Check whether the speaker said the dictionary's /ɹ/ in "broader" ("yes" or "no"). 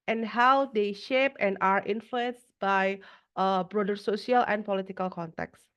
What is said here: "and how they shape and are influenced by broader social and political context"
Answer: yes